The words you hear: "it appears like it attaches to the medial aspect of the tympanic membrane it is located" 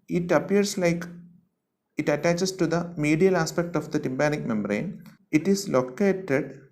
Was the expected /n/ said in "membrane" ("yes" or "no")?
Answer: yes